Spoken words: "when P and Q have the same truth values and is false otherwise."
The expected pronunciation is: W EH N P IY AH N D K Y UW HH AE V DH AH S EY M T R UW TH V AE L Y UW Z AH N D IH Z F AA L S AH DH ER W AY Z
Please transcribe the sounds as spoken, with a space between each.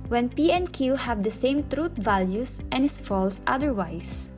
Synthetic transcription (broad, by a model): W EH N P IY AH N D K Y UW HH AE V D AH S EY M T R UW T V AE L Y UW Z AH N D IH S F AA L S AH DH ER W AY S